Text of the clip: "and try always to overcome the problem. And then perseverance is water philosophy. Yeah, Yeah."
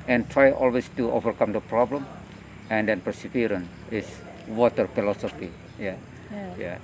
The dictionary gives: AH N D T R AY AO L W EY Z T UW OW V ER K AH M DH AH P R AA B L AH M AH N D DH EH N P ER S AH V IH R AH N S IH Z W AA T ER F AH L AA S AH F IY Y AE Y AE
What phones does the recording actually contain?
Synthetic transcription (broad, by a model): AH N T R AY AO L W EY S T UW OW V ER K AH M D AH P R AA B L AH M AH N D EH N P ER S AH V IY R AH N IH S W AA T ER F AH L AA S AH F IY Y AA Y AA